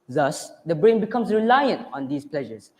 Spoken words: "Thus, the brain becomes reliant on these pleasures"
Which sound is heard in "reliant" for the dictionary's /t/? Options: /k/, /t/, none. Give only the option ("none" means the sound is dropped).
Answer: /t/